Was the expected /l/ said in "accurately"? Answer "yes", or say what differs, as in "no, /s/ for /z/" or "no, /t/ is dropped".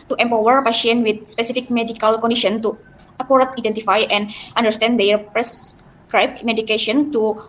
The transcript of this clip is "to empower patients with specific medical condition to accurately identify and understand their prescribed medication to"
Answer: no, /l/ is dropped